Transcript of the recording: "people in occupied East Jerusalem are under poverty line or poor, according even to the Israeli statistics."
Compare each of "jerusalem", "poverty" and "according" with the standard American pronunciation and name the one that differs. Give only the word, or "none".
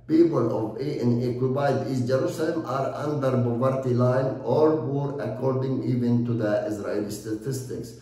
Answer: poverty